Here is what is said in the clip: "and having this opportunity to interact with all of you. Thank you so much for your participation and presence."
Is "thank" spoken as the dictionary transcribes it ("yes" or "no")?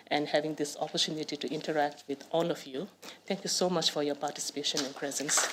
no